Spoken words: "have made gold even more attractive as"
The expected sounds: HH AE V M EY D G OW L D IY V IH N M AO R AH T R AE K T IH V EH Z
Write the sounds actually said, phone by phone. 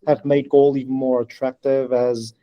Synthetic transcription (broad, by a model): HH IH V M EY D G OW L IY V N M AO R AH T R AE K T IH V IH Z